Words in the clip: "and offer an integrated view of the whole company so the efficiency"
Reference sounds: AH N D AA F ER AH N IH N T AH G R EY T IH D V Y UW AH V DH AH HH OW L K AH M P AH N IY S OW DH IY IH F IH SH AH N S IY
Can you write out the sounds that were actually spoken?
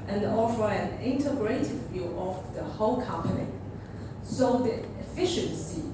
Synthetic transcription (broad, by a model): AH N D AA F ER AH N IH N T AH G R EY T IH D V Y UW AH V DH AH HH OW L K AH M P AH N IY S OW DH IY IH F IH SH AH N S IY